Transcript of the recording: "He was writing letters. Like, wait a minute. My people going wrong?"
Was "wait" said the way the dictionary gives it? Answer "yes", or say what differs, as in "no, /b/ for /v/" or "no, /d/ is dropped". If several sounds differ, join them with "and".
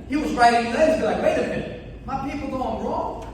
no, /t/ is dropped